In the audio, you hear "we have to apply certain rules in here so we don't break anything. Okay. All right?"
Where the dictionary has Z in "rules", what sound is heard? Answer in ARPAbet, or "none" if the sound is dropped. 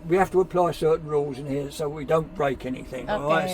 Z